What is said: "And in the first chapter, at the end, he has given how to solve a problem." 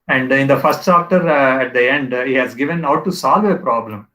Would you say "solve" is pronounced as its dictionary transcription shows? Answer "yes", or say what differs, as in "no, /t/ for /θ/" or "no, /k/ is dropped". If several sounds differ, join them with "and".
yes